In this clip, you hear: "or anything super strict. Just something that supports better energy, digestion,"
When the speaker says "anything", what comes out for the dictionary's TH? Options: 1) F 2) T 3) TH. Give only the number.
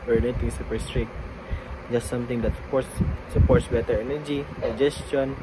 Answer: 2